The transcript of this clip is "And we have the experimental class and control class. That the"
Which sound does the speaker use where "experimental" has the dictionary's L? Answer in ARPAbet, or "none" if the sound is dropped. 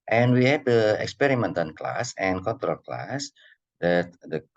N